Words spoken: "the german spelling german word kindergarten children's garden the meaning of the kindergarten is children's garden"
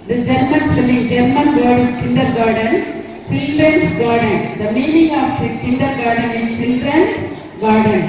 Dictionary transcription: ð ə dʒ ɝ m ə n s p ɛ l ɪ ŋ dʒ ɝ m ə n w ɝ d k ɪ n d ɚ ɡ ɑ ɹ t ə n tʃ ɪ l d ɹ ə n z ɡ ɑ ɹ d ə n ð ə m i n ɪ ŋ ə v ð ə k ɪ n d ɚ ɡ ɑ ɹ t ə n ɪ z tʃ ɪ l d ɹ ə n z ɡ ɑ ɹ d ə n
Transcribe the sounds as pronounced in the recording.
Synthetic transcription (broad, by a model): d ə dʒ ɝ m ə n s ɛ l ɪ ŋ dʒ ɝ m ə n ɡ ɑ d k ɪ n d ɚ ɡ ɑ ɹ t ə n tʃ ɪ l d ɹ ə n s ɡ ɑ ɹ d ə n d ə m i n ɪ ŋ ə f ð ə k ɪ n d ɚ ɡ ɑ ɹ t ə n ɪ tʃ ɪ l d ɹ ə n s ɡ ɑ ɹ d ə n